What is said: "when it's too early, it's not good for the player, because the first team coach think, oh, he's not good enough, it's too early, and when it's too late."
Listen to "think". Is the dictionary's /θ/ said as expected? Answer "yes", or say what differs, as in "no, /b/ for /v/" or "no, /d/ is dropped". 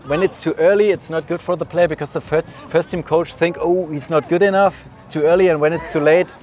yes